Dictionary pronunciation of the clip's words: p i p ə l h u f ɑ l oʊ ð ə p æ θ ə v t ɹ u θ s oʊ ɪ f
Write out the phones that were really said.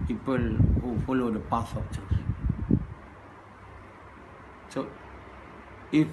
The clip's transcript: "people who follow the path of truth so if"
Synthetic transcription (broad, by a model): p i p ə l h u f ɑ l oʊ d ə p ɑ s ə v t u s s oʊ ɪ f